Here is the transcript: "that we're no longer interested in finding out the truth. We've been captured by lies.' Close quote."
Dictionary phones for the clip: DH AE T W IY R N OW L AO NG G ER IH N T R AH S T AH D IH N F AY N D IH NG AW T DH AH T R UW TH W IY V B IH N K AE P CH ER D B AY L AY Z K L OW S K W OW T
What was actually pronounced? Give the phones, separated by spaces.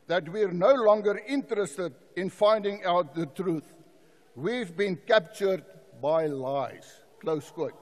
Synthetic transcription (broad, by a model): DH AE T W IY R N OW L AO NG G ER IH N T R AH S T AH D IH N F AY N D IH NG AW T DH AH T R UW TH W IY V B IH N K AE P CH ER D B AY L AY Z K L OW S K W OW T